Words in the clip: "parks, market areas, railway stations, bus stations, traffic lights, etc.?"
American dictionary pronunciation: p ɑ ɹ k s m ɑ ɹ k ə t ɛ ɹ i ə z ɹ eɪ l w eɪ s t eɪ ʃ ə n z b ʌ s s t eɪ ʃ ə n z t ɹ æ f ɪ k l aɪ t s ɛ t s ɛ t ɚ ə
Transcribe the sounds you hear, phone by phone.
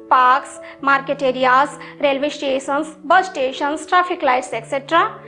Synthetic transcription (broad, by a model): p ɑ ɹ k s m ɑ ɹ k ə t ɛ ɹ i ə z ɹ eɪ l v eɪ s t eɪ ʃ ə n s b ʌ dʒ t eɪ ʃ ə n s t ɹ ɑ p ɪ k l aɪ t s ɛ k s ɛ t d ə